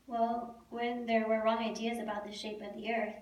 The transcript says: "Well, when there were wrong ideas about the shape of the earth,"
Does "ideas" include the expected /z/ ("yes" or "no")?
yes